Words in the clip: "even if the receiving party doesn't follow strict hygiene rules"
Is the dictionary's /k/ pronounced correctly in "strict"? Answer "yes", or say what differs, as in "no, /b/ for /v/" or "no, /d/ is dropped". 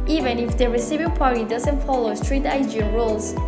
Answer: no, /k/ is dropped